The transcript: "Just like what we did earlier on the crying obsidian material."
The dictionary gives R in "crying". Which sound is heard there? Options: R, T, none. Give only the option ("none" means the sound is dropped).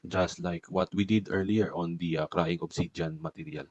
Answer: R